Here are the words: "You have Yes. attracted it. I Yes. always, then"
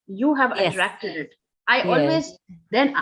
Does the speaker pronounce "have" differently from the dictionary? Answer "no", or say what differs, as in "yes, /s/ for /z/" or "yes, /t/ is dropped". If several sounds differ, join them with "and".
no